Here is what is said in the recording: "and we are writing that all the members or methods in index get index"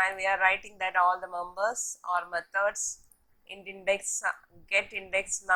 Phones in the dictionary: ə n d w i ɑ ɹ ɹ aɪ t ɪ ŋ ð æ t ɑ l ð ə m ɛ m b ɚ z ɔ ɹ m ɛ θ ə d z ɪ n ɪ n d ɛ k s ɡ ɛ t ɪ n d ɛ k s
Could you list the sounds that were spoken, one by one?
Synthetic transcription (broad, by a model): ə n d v i ɑ ɹ ɹ aɪ t ɪ ŋ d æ t ɑ l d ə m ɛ m b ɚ s ɔ ɹ m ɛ t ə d s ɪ n ɪ n d ɛ k s ɡ ɛ t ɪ n d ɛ k s